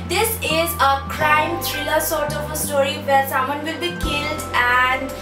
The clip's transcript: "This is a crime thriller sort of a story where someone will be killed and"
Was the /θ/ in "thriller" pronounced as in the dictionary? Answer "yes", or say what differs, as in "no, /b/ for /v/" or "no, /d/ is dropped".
no, /t/ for /θ/